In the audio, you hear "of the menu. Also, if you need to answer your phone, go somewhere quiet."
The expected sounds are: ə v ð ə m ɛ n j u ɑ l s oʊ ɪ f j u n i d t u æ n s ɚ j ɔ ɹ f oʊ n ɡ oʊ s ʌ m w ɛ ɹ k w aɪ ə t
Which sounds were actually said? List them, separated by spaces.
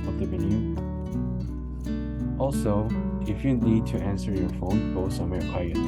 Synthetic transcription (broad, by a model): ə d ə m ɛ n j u ɑ l s oʊ ɪ f j u n i d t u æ n s ɚ j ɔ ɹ f oʊ n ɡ oʊ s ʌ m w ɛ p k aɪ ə